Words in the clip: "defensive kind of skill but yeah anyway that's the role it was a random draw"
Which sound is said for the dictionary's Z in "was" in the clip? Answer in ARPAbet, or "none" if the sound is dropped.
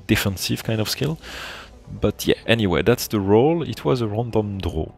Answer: Z